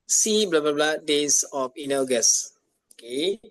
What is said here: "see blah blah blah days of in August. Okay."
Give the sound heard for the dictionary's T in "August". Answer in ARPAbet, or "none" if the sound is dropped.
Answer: none